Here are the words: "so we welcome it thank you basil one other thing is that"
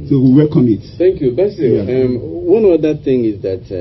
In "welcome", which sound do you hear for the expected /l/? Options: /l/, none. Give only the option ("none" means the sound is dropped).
none